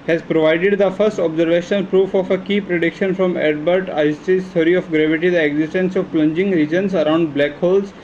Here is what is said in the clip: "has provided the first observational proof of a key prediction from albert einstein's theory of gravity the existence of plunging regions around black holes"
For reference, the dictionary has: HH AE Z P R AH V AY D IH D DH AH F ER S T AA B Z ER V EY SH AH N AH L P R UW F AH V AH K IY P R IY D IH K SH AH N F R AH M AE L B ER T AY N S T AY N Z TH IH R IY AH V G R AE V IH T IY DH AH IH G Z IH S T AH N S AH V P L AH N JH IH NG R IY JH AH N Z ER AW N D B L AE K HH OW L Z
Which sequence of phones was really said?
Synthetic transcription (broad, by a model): HH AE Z P R AH V AY D IH D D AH F ER S T AA B Z ER V EY SH AH N AH L P R UW F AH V AH K IY P R IY D IH K SH AH N F R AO M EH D B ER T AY S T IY Z T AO R IY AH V G R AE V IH T IY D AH IH G Z IH S T AH N S AH V P L AH N JH IH NG R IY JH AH N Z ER AW N D B L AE K HH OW L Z